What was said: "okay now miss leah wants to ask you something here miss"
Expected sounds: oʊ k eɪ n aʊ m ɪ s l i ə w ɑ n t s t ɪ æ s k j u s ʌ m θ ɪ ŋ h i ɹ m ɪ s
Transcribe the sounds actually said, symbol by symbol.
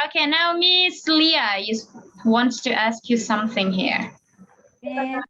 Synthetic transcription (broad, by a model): oʊ k eɪ n aʊ m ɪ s l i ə w ɑ n t s t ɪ æ s k j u s ʌ m θ ɪ ŋ h i ɹ